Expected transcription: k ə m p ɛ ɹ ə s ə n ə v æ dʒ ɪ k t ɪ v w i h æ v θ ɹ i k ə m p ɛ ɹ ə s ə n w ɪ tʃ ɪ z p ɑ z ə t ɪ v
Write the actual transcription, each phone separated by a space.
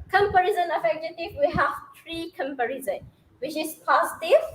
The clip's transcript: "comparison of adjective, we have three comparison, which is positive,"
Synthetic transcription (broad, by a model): k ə m p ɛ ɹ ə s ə n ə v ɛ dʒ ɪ t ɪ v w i h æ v t ɹ i k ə m p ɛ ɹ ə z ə n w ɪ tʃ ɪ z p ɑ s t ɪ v